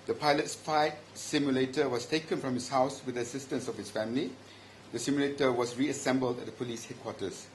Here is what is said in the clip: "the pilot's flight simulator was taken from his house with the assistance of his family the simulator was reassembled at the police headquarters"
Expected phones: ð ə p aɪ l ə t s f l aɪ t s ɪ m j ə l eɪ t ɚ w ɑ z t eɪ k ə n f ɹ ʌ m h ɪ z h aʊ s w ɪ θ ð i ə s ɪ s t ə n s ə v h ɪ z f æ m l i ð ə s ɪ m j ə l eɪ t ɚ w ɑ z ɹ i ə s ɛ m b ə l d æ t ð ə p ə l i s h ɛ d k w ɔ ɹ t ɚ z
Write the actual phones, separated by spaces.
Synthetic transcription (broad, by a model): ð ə p aɪ l ə t s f aɪ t s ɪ m j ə l eɪ t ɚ w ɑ s t eɪ k ə n f ɹ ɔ m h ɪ s h aʊ s w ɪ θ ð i ə s ɪ s t ə n s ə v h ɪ s f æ m l i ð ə s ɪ m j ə l eɪ t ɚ w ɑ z ɹ i ə s ɛ m b ə l d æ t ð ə p ə l i s h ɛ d k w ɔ t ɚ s